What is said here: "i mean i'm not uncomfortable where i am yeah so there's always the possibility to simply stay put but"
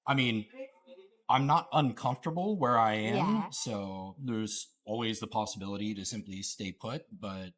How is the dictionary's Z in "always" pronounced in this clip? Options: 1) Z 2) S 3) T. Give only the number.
1